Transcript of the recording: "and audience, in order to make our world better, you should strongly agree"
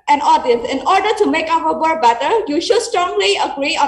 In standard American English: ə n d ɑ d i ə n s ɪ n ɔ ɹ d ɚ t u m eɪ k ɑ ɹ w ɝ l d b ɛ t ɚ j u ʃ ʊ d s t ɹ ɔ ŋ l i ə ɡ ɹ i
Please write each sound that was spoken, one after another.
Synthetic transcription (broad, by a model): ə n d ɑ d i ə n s ɪ n ɔ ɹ d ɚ t u m eɪ k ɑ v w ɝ d b ɛ t ɚ j u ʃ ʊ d s t ɹ ɔ ŋ l i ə ɡ ɹ i